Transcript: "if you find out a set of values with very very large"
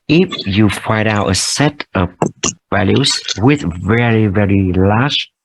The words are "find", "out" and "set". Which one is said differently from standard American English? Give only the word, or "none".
find